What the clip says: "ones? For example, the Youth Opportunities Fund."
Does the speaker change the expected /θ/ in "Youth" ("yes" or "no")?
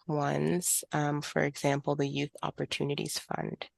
no